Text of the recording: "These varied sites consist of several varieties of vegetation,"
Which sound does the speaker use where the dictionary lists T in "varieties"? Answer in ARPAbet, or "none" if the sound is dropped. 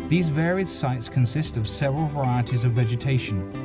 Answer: T